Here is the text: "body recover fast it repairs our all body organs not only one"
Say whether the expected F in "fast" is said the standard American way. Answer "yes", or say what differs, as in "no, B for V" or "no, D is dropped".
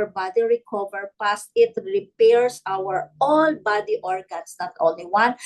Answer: no, P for F